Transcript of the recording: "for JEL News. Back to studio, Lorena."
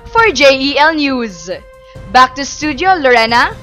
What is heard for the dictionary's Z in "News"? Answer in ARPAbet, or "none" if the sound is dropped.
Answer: Z